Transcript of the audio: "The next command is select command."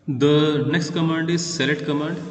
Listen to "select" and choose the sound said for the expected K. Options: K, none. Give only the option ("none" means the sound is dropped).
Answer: none